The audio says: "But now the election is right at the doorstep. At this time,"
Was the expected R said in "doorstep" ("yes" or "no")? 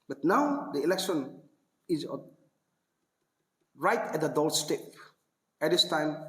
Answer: no